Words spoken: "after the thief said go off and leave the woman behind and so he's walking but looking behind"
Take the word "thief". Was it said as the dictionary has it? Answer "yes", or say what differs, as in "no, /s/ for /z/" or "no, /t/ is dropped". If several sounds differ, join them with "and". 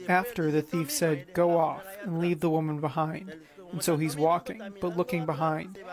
yes